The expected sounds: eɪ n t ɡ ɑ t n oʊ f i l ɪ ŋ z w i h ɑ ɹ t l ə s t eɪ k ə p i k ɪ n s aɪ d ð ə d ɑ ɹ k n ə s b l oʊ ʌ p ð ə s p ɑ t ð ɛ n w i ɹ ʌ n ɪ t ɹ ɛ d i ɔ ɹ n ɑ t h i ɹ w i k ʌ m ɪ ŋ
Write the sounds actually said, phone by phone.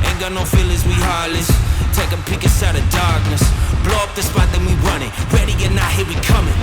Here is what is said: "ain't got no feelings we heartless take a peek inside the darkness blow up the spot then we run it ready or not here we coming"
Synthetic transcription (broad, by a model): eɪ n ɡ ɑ n oʊ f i l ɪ z w i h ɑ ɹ l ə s t eɪ k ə p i k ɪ s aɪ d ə d ɑ ɹ k n ə s b l oʊ ʌ p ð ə s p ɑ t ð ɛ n w i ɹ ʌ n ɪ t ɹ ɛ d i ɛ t n ɑ t h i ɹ w i k ʌ m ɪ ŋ